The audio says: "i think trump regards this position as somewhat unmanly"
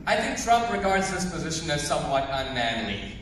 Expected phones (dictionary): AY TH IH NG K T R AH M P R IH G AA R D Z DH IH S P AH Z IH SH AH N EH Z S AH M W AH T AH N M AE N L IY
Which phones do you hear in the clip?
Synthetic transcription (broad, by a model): AY TH IH NG K T R AH M P R IH G AA R D Z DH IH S P AH Z IH SH AH N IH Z S AH M W AH T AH N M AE N L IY